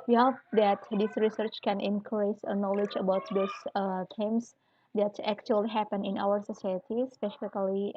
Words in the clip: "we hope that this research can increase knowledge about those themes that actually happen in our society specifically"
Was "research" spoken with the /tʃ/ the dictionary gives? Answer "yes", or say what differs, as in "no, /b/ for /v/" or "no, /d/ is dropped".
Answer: yes